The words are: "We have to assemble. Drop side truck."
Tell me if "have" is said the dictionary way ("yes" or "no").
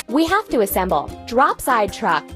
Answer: no